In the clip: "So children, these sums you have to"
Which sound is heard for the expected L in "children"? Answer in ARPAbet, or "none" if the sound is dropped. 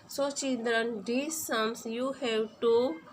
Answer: N